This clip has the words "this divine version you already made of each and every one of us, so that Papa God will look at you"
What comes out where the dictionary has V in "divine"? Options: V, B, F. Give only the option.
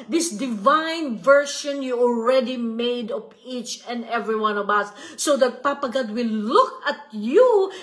V